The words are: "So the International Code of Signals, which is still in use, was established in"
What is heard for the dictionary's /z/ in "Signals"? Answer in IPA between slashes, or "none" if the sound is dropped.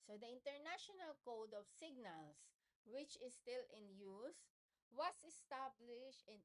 /s/